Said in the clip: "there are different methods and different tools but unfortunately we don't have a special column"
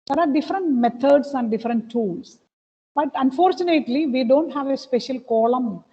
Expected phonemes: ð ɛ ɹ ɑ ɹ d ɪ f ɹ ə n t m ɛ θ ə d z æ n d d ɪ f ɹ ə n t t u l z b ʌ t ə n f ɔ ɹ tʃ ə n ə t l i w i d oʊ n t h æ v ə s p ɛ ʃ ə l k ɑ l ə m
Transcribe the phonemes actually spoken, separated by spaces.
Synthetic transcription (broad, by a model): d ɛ ɹ ɑ ɹ d ɪ f ɹ ə n t m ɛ t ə d s æ n d d ɪ f ɹ ə n t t u l s b ʌ t ə n f ɔ ɹ tʃ ə n ə t l i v i d oʊ n t h æ v ə s p ɛ ʃ ə l k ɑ l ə m